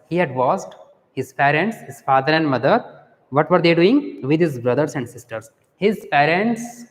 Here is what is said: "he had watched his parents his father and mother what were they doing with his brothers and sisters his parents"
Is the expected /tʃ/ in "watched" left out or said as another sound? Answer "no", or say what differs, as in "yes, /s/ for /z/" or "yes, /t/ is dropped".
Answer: yes, /s/ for /tʃ/